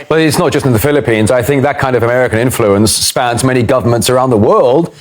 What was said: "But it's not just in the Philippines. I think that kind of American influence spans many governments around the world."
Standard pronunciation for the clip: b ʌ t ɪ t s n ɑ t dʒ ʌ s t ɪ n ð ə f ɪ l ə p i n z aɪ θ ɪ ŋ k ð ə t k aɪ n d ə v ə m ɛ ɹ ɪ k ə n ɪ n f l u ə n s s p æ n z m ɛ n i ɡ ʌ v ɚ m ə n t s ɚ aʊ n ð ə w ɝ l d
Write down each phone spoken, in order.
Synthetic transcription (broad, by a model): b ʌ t ɪ t s n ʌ t dʒ ʌ s t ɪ n ð ə f ɪ l ə p i n z aɪ θ ɪ ŋ k ð ə t k aɪ n d ə v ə m ɛ ɹ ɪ k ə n ɪ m f l u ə n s s p æ n z m ɛ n i ɡ ʌ v ɚ m ə n t s ɚ aʊ n ð ə w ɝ l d